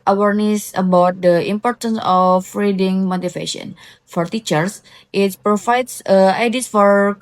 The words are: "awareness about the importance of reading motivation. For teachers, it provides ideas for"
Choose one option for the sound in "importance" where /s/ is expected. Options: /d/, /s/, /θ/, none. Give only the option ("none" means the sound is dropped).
/s/